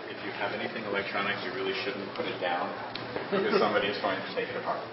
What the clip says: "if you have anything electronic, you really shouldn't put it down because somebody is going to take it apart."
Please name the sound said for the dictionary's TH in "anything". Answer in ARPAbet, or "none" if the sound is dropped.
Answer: TH